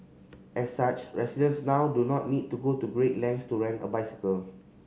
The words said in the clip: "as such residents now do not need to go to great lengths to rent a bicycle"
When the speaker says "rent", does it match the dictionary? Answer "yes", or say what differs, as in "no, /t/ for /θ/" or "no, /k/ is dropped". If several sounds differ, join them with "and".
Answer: no, /t/ is dropped